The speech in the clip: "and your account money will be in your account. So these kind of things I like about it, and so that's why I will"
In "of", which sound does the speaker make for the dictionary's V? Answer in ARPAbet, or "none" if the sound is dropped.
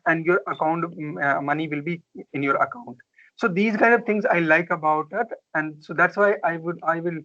V